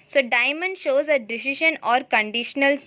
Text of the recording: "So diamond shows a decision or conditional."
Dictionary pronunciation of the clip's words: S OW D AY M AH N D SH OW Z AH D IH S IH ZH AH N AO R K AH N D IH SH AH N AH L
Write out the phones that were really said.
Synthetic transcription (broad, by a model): S OW D AY M AH N D SH OW Z AH D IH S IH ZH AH N AO R K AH N D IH SH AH N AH L